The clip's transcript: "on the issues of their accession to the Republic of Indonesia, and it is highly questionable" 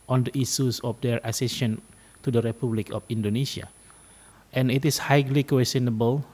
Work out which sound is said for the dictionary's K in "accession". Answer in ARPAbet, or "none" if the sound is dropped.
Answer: none